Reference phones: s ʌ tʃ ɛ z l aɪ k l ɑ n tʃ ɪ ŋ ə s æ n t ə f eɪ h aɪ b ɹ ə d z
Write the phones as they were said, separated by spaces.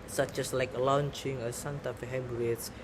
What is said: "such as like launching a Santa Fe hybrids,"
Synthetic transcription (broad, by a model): s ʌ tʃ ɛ s l aɪ k l ɑ n tʃ ɪ ŋ ə s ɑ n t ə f h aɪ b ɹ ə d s